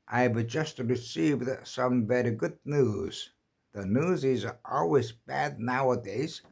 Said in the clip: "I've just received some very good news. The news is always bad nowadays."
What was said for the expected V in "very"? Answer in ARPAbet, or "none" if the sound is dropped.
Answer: V